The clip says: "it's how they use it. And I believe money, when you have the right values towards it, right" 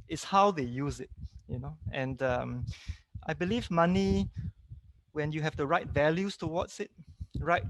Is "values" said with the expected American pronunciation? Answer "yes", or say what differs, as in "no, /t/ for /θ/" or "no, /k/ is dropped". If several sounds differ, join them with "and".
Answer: no, /s/ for /z/